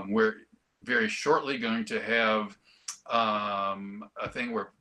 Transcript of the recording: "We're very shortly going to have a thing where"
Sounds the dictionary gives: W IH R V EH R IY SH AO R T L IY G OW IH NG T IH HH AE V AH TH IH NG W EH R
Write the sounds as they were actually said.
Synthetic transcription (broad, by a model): W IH R V EH R IY SH AO R T L IY G OW IH NG T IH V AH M AH TH IH NG W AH R